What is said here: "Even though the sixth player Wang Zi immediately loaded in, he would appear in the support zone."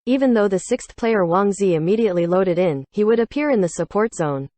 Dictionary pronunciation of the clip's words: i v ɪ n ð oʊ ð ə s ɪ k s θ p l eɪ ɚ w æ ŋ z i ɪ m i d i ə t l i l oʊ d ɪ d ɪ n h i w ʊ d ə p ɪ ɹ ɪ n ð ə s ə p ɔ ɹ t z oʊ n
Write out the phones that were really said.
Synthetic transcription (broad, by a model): i v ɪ n ð oʊ ð ə s ɪ k s θ p l eɪ ɚ w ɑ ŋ z i ɪ m i d i ə t l i l oʊ d ɪ d ɪ n h i w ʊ d ə p ɪ ɹ ɪ n ð ə s ə p ɔ ɹ t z oʊ n